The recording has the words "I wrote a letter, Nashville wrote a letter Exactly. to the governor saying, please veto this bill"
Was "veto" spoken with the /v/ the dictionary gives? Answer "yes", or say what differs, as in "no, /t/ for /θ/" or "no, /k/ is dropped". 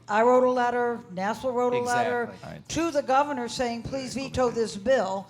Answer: yes